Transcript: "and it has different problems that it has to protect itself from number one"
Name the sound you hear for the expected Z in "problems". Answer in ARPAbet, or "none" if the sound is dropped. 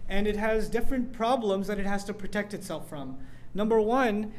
Z